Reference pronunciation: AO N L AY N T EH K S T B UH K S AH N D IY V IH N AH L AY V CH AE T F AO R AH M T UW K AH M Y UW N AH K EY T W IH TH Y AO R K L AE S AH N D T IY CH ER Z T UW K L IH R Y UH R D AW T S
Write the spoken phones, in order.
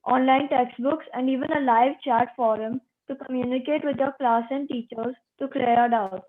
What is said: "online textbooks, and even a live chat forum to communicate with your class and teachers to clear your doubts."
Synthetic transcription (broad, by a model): AO N L AY N T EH K S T B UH K S AH N D IY V IH N AH L AY V CH AE T F AO R AH M T UW K AH M Y UW N AH K EY T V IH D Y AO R K L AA S AH N D T IY CH ER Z T UW K L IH R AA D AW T